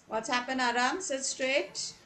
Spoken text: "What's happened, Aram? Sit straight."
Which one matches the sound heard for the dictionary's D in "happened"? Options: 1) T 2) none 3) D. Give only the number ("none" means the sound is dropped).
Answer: 2